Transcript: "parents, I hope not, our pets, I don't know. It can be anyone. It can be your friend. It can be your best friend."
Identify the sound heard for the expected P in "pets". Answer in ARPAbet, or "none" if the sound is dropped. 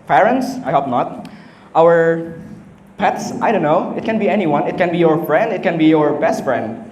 P